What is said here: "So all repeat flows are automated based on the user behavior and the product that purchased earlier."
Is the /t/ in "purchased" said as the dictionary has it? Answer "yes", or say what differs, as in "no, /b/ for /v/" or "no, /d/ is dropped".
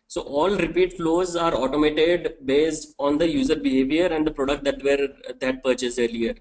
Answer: no, /t/ is dropped